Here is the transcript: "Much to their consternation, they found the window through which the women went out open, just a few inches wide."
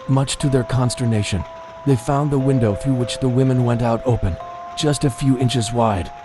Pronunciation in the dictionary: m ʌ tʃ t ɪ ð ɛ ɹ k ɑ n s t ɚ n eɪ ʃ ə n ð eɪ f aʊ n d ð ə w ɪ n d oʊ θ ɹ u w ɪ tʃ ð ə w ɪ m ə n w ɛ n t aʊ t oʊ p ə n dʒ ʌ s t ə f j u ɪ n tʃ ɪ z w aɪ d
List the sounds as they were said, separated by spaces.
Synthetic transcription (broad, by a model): m ʌ tʃ t ɪ ð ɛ ɹ k ɑ n s t ɚ n eɪ ʃ ə n ð eɪ f aʊ n ð ə w ɪ n d oʊ θ ɹ u w ɪ tʃ ð ə w ɪ m ə n w ɛ n t aʊ t oʊ p ə n dʒ ʌ s t ə f j u ɪ n tʃ ɪ z w aɪ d